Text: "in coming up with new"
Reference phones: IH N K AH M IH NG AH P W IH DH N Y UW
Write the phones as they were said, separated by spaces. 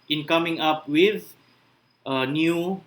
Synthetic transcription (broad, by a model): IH N K AH M IH NG AH P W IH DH N Y UW